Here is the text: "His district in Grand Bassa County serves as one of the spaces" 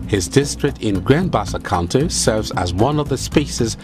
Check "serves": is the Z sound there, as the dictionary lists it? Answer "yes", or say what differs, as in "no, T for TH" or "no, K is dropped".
yes